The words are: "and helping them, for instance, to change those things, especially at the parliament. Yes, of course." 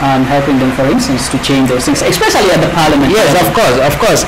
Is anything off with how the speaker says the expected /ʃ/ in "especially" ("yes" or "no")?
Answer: yes